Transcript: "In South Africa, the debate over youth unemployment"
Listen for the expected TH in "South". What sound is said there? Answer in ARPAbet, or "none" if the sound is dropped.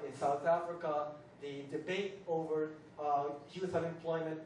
TH